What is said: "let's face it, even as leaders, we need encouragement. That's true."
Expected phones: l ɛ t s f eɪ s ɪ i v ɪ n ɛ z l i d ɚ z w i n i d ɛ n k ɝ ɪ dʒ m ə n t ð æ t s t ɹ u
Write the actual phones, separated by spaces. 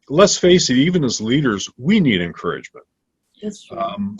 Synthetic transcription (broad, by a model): l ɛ t s f eɪ s ɪ i v ɪ n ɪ z l i d ɚ z w i n i d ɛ n k ɝ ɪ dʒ m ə n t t t